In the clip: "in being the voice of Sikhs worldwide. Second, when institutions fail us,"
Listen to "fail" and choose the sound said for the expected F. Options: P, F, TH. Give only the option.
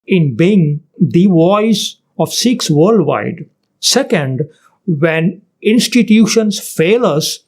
F